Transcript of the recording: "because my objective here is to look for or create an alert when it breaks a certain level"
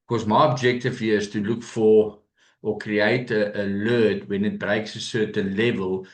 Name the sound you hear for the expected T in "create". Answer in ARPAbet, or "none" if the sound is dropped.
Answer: none